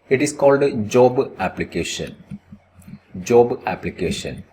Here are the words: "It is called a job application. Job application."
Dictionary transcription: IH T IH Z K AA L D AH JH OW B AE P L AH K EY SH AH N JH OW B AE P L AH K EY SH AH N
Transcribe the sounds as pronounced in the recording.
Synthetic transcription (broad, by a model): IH T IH S K AA L D JH OW B AE P L AH K EY SH AH N JH OW B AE P L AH K EY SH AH N